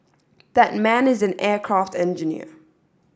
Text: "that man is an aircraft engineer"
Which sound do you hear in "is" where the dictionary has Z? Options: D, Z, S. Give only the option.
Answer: Z